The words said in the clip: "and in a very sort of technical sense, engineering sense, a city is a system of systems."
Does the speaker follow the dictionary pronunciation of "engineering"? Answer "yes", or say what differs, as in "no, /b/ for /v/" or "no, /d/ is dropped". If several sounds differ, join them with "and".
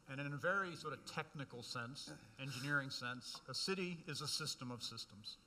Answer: yes